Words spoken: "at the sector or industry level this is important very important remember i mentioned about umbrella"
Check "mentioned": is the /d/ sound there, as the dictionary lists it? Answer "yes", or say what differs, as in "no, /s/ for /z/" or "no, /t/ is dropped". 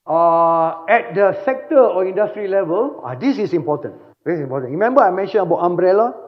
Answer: no, /d/ is dropped